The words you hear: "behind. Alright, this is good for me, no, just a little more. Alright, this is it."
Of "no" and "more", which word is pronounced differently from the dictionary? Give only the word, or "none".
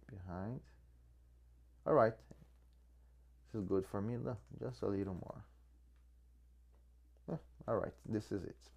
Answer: no